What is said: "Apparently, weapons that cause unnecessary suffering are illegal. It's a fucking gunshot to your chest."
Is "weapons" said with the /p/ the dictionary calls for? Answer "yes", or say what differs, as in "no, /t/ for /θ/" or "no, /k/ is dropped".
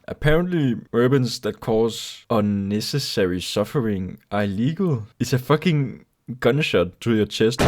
no, /b/ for /p/